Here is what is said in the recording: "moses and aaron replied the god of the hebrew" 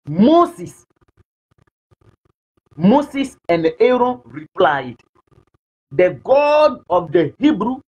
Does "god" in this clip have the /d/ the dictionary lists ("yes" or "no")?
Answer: yes